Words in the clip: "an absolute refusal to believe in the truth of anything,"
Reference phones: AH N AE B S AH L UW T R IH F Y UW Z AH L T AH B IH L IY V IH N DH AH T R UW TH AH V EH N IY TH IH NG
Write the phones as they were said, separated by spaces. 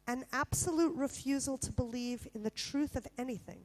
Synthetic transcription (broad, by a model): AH N AE B S AH L UW T R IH F Y UW Z L T AH B IH L IY V IH N DH AH T R UW TH AH V EH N IY TH IH NG